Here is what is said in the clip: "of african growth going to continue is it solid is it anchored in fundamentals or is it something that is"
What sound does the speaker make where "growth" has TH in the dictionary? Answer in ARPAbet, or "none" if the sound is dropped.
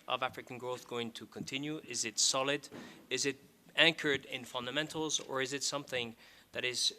TH